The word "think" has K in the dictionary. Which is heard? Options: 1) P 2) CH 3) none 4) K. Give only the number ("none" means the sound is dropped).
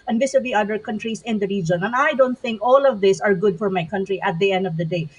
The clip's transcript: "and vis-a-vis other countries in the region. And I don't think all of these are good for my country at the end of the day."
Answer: 4